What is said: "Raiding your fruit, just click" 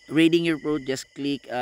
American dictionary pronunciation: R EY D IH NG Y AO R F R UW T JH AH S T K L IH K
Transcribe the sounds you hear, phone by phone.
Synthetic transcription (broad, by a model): R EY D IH NG Y AO R P R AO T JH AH S K L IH K